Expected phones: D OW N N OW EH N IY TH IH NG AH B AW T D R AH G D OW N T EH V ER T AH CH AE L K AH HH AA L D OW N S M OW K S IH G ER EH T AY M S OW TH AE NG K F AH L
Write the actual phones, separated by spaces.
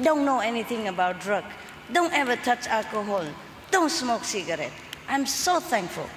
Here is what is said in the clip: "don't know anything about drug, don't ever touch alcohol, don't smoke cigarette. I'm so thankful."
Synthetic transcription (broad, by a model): D OW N N OW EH N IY T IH NG AH B AW T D R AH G D OW N T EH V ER T AH CH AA L K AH HH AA L D OW N S M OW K S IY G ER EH T AY M S OW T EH NG K F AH L